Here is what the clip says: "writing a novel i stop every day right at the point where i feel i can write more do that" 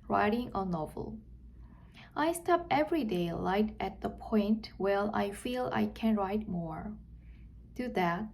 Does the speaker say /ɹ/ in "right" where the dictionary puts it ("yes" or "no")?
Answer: no